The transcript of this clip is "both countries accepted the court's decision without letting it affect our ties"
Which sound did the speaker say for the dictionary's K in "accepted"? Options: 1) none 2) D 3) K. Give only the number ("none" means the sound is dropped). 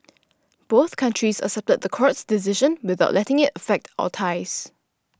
1